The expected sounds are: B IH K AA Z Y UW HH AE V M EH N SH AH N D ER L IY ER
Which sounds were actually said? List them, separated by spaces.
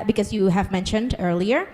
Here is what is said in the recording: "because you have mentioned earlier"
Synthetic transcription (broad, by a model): B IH K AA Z Y UW HH AE V M EH N SH AH N D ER L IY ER